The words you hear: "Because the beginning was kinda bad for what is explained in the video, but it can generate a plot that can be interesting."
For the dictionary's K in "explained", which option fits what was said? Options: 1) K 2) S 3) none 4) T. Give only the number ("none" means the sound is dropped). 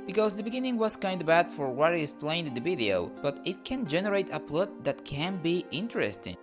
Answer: 3